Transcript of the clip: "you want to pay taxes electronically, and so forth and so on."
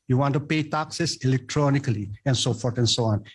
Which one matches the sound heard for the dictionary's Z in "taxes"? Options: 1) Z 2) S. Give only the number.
2